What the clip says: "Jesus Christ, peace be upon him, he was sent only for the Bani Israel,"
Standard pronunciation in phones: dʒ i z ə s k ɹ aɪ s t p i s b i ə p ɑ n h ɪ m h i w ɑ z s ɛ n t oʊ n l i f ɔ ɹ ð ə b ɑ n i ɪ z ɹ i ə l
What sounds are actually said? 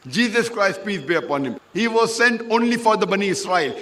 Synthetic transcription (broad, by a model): dʒ i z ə s k ɹ aɪ s t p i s b i ə p ɑ n h ɪ m h i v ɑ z s ɛ n t oʊ n l i f ɔ ɹ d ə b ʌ n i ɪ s ɹ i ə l